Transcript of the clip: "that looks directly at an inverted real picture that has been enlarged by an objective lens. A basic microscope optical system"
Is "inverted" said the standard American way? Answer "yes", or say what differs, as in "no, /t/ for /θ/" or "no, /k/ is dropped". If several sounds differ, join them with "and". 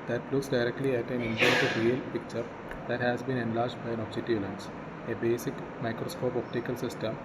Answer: no, /p/ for /v/